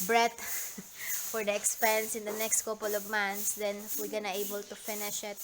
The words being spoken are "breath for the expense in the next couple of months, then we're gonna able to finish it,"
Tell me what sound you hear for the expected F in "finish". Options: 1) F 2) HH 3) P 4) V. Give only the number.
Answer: 1